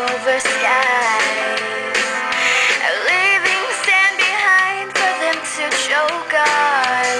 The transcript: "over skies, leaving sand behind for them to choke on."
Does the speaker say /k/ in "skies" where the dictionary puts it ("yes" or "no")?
no